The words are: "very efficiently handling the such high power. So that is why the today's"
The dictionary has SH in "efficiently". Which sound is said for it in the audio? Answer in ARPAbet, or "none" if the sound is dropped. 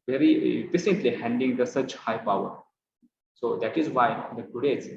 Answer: S